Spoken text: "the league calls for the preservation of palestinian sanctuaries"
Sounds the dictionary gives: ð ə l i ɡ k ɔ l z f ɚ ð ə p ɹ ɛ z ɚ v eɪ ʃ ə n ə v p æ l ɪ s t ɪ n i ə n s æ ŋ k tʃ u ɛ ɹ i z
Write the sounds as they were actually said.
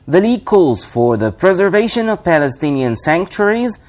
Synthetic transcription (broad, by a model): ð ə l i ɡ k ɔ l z f ɚ ð ə p ɹ ɛ z ɚ v eɪ ʃ ə n ə v p æ l ɪ s t ɪ n i ə n s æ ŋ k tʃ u ɹ i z